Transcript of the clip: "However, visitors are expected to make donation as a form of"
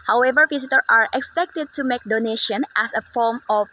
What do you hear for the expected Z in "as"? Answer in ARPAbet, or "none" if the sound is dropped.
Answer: S